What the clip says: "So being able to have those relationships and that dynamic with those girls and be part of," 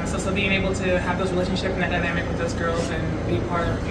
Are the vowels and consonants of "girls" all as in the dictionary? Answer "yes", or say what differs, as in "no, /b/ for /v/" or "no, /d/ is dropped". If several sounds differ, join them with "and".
yes